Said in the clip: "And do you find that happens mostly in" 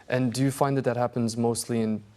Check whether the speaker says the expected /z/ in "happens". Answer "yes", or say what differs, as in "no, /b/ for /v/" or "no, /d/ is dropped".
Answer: yes